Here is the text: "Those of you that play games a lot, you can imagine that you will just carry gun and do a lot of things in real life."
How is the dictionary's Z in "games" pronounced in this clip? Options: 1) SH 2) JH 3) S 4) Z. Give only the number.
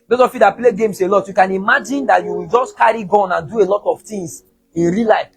3